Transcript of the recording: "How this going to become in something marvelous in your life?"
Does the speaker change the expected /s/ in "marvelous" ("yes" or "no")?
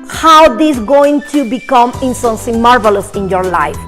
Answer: no